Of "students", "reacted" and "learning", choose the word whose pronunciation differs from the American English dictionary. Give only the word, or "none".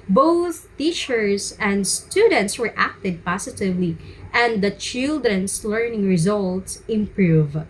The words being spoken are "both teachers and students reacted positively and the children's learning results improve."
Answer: reacted